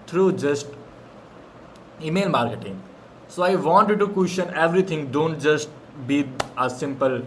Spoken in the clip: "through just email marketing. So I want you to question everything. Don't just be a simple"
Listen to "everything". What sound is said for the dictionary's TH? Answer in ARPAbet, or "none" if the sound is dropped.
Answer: T